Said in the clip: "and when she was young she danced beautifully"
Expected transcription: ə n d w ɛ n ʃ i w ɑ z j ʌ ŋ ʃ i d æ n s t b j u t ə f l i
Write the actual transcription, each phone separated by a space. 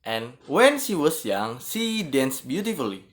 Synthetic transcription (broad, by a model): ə n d w ɛ n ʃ i w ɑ s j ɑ ŋ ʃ i d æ n s b j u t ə f l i